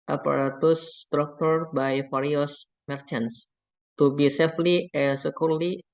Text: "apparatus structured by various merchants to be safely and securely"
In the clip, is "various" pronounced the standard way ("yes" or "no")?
no